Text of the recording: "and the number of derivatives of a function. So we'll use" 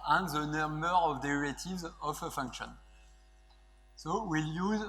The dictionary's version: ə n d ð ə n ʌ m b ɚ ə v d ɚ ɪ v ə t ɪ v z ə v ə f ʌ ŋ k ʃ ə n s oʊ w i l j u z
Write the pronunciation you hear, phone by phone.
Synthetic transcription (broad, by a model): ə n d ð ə n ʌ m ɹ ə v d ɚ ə t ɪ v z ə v ə f ʌ ŋ k ʃ ə n s oʊ w i l j u z